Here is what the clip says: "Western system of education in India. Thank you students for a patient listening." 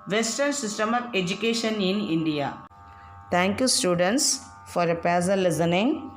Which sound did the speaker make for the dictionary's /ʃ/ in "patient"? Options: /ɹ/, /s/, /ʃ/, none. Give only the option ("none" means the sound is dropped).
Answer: /s/